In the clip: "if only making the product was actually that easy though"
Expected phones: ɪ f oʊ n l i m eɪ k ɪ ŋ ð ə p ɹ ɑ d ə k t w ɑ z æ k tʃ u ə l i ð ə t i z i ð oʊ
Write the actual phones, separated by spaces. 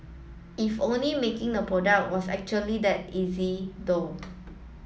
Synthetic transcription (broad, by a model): ɪ f oʊ n l i m eɪ k ɪ ŋ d ə p ɹ ɑ d ə k t w ɑ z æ k tʃ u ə l i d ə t i z i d oʊ